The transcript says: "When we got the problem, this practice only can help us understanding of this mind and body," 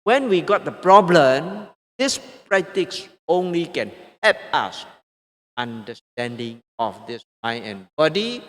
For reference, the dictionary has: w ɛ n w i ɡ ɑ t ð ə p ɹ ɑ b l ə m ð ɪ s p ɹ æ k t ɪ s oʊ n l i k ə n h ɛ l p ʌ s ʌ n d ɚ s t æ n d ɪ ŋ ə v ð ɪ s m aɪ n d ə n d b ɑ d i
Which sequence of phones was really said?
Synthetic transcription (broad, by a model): w ɛ n w i ɡ ɑ t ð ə p ɹ ɑ b l ə m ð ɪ s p ɹ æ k t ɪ s oʊ n l i k ə n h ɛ p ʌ s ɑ n d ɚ s t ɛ n d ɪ ŋ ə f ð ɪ s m aɪ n ə n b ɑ d i